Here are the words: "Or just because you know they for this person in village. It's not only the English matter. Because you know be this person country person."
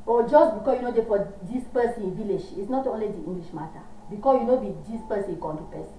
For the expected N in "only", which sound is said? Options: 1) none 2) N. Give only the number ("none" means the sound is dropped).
2